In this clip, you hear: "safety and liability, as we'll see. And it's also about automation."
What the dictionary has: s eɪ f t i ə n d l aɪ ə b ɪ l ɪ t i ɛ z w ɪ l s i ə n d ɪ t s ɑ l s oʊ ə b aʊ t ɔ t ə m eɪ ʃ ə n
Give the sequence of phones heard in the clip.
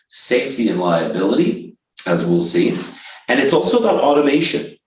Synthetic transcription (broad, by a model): s eɪ f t i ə n l aɪ ə b ɪ l ɪ t i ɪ z w ɪ l s i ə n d ɪ t s ɑ l s oʊ ə b aʊ t ɔ t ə m eɪ ʃ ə n